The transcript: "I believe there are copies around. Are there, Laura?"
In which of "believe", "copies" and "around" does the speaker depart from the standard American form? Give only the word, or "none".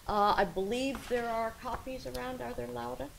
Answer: none